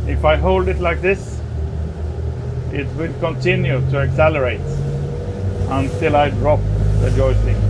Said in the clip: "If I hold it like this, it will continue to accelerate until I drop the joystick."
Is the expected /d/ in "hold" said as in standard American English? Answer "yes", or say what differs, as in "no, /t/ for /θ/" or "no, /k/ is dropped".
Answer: yes